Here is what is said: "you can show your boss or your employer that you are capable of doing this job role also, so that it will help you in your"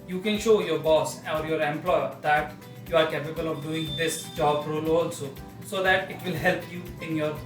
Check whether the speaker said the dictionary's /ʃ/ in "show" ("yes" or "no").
yes